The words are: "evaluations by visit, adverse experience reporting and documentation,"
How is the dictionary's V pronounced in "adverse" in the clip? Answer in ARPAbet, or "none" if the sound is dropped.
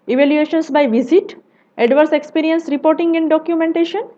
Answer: V